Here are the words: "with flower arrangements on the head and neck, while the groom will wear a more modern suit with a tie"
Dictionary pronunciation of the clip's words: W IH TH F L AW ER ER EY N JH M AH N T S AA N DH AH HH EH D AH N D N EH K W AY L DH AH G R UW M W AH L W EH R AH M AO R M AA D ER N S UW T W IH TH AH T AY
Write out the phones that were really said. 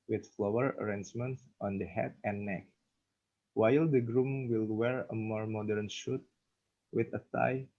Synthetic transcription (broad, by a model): W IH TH F L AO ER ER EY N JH M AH N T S AA N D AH HH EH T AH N N EH K W AY L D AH G R UW M W AH L W EH R AH M AO R M AA D ER N SH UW T W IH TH AH T AY